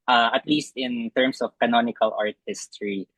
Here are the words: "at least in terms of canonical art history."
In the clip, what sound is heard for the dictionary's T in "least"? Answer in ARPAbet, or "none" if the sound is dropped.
T